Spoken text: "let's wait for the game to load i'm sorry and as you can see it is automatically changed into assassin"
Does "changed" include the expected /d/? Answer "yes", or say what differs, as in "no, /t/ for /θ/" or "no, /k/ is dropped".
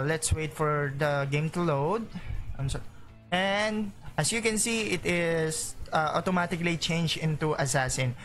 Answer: no, /d/ is dropped